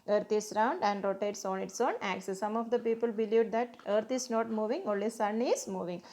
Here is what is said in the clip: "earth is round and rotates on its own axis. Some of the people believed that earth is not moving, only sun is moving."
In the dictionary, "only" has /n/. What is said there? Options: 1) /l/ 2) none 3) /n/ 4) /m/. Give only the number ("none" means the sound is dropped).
2